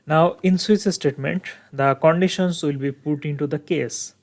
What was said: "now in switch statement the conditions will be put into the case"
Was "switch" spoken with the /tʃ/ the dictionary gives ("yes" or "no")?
no